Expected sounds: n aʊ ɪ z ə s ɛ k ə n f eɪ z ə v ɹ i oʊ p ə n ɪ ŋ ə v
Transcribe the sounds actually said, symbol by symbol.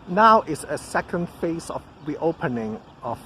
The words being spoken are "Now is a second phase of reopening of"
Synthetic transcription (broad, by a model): n aʊ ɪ s ə s ɛ k ə n f eɪ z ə f ɹ i oʊ p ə n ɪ ŋ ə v